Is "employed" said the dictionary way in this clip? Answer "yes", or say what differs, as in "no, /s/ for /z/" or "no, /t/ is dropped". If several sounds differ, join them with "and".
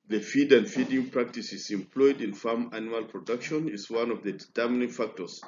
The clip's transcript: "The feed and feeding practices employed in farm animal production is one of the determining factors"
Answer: yes